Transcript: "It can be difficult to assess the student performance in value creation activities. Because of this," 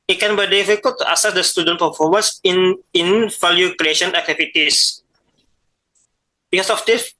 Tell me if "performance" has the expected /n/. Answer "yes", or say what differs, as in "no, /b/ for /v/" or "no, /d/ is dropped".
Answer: no, /n/ is dropped